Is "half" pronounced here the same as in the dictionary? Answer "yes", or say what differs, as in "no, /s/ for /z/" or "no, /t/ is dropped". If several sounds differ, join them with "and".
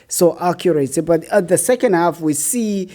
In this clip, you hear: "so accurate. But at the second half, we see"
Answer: yes